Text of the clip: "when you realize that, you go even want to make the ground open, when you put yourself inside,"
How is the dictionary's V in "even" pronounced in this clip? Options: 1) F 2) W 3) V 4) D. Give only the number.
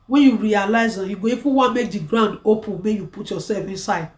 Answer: 1